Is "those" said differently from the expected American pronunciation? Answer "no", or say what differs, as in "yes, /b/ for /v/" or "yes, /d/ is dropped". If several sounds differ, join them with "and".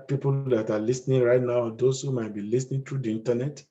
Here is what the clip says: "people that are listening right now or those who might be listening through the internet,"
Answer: yes, /s/ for /z/